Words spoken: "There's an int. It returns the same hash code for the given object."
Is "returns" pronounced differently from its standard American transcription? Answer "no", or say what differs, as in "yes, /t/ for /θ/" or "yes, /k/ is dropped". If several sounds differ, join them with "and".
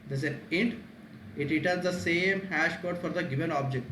yes, /n/ is dropped